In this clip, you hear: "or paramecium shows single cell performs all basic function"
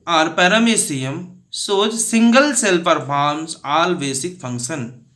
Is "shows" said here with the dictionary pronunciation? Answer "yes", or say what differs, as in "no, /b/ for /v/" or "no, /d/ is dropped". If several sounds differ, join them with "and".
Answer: no, /s/ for /ʃ/